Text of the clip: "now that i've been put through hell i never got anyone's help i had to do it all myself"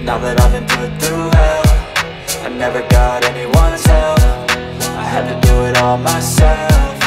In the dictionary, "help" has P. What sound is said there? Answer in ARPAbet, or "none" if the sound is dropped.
F